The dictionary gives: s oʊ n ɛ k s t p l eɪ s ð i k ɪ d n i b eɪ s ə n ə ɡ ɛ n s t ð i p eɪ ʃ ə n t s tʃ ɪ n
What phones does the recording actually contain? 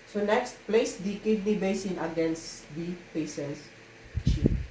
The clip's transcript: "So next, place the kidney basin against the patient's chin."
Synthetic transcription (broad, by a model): s oʊ n ɛ k s t p l eɪ s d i k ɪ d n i b eɪ s ə n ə ɡ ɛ n s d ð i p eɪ s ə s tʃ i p